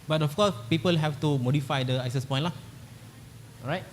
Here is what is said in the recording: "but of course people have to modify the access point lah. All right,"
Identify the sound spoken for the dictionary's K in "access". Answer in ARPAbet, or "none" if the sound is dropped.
none